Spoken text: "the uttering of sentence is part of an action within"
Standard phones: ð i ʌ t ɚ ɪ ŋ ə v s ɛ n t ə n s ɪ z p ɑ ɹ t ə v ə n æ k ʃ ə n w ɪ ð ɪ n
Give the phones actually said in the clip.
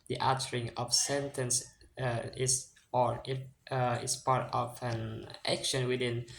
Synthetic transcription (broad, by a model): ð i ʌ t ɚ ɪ ŋ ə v s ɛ n t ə n s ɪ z p ɑ ɹ t ə v ə n æ k ʃ ə n w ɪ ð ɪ n